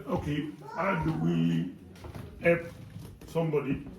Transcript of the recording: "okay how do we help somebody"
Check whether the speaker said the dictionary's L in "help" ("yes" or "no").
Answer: no